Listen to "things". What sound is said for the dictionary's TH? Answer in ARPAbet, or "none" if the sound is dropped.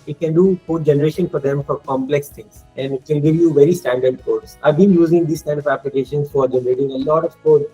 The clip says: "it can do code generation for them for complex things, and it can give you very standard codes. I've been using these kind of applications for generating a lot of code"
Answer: T